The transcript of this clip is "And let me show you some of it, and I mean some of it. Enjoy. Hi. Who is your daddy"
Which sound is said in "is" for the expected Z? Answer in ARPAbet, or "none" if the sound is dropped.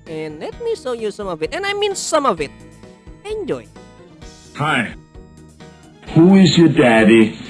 Z